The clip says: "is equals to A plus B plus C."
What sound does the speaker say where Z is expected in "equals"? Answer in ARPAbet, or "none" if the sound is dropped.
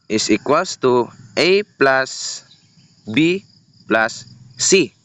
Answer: S